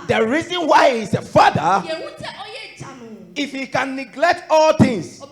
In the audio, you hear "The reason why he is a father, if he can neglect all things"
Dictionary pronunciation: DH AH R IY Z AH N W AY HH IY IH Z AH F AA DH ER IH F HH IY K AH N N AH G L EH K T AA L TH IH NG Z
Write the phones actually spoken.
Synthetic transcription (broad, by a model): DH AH R IY Z AH N W AY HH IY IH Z AH F AA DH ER IH F HH IY K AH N N AH G L EH K T AA L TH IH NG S